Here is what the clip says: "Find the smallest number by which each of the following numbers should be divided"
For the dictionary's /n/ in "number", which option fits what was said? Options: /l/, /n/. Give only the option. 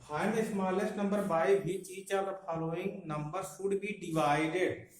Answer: /n/